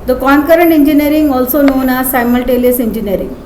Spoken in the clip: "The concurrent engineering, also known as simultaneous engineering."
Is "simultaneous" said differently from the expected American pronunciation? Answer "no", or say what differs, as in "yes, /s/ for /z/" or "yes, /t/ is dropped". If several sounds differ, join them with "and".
yes, /l/ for /n/